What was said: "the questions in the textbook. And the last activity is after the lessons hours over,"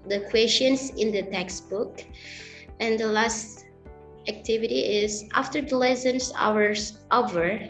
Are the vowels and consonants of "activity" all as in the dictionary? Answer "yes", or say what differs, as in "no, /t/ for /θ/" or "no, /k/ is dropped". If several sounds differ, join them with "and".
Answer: yes